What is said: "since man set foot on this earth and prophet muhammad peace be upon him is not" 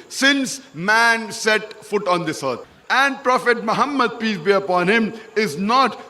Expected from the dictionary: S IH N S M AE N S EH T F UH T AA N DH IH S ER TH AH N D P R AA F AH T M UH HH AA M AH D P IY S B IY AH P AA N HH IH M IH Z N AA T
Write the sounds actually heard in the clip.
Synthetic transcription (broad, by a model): S IH N S M AE N S EH T F UH T AA N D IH S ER T AH N D P R AA F AH T M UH HH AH M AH D P IY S B IY AH P AA N HH IH M IH Z N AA T